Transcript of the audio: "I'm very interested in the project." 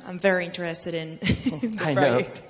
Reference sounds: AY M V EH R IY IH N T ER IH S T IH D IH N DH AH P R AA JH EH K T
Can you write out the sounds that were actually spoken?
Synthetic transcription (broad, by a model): AY M V EH R IY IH N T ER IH S T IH D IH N DH AH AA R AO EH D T